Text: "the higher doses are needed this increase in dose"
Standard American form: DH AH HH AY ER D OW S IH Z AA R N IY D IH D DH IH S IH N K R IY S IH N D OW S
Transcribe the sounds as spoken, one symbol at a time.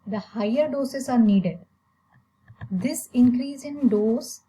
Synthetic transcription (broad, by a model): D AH HH AY ER D OW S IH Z AA R N IY D IH D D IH S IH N K R IY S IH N D OW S